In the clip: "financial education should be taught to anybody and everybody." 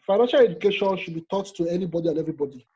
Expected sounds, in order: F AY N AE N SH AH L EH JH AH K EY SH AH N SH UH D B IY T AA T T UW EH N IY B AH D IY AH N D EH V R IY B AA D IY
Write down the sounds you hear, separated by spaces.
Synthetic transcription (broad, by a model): F AY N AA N SH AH L EH JH AH K EY SH AH N SH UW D B IY T AA T T UW EH N IY B AH D IY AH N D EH V R IY B AA D IY